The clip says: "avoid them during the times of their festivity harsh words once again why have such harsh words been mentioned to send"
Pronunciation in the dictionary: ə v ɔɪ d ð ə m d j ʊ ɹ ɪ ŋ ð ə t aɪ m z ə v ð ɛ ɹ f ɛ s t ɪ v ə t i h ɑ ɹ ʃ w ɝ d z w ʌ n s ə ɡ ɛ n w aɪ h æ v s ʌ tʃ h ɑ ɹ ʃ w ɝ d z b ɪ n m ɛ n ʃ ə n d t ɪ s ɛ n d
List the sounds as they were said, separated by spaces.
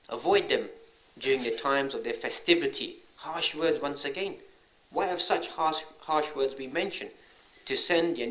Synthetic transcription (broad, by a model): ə v ɔɪ d ð ə m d j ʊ ɹ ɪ ŋ ð ə t aɪ m z ə v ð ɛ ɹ f ɛ s t ɪ v ə t i h ɑ ɹ ʃ w ɝ d z w ʌ n s ə ɡ ɛ n w aɪ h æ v s ʌ tʃ h ɑ ɹ ʃ w ɝ d z b ɪ n m ɛ n ʃ ə n d t ɪ s ɛ n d